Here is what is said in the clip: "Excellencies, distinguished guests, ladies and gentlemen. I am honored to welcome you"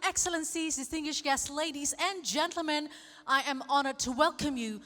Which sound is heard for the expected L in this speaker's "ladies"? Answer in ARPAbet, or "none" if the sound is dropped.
L